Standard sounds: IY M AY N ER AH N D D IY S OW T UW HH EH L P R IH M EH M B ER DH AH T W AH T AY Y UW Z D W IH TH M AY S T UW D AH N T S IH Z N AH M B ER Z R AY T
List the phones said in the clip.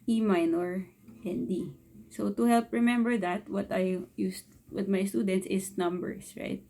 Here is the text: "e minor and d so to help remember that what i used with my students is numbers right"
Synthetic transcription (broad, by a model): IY M AY N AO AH N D D IY S OW T UW HH EH L P R IH M EH M B ER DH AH T W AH T AY Y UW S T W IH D M AY S T UW D AH N T S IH S N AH M B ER S R AY T